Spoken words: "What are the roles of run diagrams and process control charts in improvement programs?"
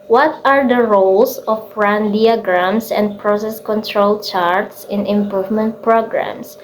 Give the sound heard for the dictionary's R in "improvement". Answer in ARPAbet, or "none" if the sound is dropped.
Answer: R